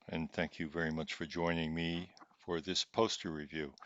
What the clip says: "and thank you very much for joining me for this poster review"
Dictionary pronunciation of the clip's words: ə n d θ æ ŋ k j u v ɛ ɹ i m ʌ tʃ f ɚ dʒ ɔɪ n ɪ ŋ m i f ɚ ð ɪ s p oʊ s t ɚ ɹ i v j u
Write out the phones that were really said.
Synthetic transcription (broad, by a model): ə n θ æ ŋ k j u v ɛ ɹ i m ʌ tʃ f ɚ dʒ ɔɪ n ɪ ŋ m i f ɚ ð ɪ s p oʊ s t ɚ ɹ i v j u